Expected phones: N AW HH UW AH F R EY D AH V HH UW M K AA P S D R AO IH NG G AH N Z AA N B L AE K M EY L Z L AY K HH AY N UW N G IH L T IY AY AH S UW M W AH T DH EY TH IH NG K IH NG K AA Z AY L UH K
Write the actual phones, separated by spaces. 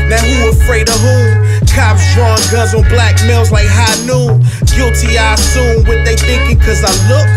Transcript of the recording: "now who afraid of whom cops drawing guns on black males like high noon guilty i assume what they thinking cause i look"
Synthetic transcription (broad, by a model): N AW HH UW AH F R EY D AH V HH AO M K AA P S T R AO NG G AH Z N B L AE K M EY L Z L AY K HH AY N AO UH G IH L T IY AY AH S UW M W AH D DH EY TH IH NG K IH NG K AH Z AY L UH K